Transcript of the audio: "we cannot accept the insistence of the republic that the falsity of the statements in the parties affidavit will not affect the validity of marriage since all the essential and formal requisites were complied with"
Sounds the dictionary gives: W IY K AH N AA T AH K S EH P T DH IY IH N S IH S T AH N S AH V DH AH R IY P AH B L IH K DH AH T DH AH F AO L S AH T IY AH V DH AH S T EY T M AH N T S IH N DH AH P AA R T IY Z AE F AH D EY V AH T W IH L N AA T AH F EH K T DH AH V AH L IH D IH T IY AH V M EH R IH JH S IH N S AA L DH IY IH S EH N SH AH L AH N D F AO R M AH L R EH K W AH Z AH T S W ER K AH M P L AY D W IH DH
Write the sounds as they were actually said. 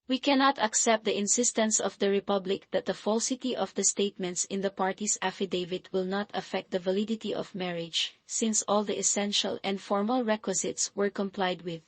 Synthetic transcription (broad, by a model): W IY K AH N AA T AH K S EH P T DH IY IH N S IH S T AH N S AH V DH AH R IY P AH B L IH K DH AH T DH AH F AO L S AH T IY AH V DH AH S T EY T M AH N T S IH N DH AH P AA R T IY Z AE F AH D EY V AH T W IH L N AA T AH F EH K T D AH V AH L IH D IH T IY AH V M EH R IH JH S IH N S AA L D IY IH S EH N SH AH L AH N D F AO R M AH L R EH K W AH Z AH T S W ER K AH M P L AY D W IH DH